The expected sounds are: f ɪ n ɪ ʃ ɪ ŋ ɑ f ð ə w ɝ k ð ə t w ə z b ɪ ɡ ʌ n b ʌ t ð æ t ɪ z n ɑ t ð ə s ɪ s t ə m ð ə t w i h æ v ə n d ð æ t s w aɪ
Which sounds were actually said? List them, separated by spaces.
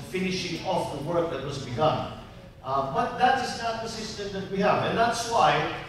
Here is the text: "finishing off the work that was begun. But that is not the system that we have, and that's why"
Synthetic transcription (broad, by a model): f ɪ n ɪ ʃ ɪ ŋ ɑ f ð ə w ɝ k ð ə t w ə z b ɪ ɡ ʌ n b ʌ t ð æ t ɪ z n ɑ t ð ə s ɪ s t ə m ð ə t w i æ v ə n ð æ t s w aɪ